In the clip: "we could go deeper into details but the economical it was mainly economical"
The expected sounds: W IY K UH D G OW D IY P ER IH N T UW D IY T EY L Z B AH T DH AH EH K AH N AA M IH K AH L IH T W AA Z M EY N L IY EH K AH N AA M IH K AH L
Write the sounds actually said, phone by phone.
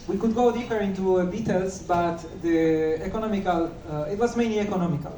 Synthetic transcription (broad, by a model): W IY K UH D G OW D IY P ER IH N T UW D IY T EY L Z B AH T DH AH EH K AH N AA M IH K AH L IH T W AA Z M EY N L IY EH K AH N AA M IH K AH L